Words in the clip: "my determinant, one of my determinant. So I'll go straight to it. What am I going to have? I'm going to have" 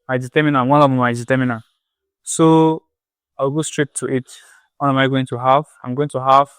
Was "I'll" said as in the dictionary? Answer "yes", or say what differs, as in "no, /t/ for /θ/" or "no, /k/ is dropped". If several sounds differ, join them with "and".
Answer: no, /w/ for /l/